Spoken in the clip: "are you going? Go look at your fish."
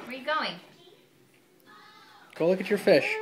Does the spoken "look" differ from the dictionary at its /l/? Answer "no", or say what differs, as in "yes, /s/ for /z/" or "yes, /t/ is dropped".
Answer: no